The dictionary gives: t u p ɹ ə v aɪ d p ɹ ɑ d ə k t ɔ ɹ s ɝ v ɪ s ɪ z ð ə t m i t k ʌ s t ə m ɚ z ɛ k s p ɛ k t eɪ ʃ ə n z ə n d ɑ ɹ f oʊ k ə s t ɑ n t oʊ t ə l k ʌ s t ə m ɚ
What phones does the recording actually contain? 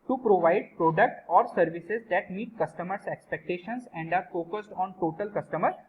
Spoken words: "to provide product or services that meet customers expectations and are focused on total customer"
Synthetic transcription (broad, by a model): t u p ɹ ə v aɪ d p ɹ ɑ d ə k t ɔ ɹ s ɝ v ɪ s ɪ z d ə t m i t k ʌ s t ə m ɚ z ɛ k s p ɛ k t eɪ ʃ ə n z ə n d ɑ ɹ f oʊ k ə s t ɑ n t oʊ t ə l k ʌ s t ə m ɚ